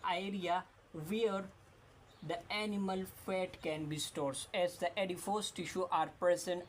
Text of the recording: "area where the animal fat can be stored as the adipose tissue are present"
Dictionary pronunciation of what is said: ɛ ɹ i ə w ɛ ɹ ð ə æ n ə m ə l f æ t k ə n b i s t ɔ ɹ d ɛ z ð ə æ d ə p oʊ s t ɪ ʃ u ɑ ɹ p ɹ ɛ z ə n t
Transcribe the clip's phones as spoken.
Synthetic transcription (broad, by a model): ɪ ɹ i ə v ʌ ɹ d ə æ n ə m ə l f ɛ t k ə n b i s t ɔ ɹ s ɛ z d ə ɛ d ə f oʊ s t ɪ ʃ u ɑ ɹ p ɹ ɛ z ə n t